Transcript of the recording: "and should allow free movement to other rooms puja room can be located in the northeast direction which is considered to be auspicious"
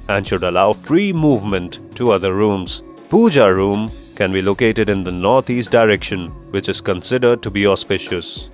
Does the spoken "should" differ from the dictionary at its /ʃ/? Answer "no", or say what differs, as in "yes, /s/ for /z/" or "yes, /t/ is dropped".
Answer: no